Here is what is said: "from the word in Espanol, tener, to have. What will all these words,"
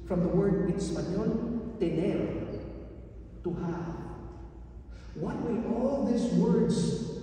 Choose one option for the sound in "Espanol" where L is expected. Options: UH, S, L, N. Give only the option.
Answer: N